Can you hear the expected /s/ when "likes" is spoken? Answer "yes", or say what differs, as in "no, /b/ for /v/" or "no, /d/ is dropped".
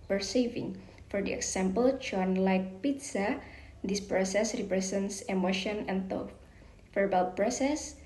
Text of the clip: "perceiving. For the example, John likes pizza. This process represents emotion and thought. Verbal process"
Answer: no, /s/ is dropped